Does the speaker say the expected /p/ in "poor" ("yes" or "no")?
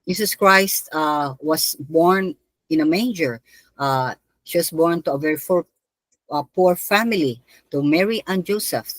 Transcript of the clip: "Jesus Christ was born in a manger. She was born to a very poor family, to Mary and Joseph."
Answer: yes